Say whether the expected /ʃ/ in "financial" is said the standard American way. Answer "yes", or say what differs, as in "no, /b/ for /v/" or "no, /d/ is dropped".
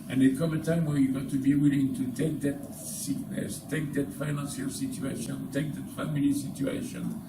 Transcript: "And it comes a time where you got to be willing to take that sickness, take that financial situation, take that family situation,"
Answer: no, /s/ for /ʃ/